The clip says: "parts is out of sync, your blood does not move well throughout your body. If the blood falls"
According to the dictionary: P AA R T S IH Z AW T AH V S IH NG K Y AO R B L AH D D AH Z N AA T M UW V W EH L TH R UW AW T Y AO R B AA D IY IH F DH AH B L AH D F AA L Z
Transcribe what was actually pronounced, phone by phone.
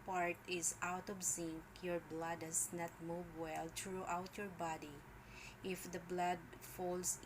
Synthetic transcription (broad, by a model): P AA R T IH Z AW T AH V S IH NG K Y AO R B L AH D D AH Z N AA T M UW V W EH L T R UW AW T Y AO R B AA D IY IH F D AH B L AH D F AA L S